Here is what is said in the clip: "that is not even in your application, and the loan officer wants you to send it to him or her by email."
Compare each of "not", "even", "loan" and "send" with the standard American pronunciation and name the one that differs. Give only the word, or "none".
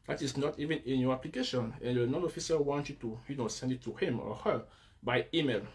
loan